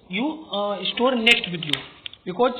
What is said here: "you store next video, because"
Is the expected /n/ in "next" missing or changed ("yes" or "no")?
no